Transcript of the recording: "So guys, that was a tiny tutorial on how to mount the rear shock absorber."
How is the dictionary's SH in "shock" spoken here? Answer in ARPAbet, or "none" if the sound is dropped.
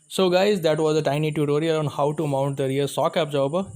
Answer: S